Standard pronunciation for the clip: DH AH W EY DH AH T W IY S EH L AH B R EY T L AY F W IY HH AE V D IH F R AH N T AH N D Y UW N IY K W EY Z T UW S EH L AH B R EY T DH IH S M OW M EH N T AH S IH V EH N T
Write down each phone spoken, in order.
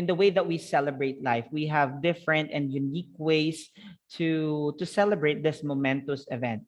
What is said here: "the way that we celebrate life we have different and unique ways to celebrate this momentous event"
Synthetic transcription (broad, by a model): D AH W EY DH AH T W IY S EH L AH B R EY T L AY F W IY HH AE V D IH F R AH N T AH N D Y UW N IY K W EY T T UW S EH L AH B R EY T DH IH S M OW M EH N T AH S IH V EH N T